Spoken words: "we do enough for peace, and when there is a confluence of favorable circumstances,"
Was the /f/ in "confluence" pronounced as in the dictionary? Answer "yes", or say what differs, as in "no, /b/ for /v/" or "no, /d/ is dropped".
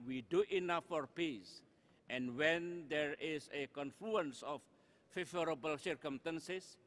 yes